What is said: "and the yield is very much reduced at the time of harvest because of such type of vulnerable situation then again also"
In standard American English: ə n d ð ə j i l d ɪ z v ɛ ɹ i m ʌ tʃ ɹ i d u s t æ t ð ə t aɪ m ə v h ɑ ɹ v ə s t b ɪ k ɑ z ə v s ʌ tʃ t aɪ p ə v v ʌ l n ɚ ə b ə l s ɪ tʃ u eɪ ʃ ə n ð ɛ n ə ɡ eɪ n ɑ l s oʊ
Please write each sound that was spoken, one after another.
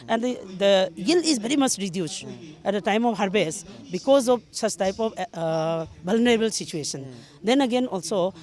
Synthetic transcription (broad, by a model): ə n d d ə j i l ɪ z b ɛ ɹ i m ʌ tʃ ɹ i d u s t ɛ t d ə t aɪ m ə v h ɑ ɹ b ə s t b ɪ k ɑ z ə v s ʌ tʃ t aɪ p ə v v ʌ l n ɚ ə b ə l s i tʃ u eɪ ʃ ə n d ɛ n ə ɡ eɪ n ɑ l s oʊ